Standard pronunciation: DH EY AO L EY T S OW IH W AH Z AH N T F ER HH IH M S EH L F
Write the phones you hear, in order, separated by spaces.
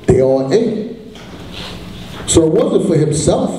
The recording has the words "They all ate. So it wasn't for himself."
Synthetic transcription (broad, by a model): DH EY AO N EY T S OW IH W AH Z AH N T F ER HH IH M S EH L F